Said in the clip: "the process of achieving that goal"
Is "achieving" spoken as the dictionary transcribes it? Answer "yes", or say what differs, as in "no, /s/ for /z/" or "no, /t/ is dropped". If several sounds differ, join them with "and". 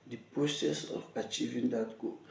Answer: yes